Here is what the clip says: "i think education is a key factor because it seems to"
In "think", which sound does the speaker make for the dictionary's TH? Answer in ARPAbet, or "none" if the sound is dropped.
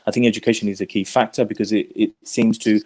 TH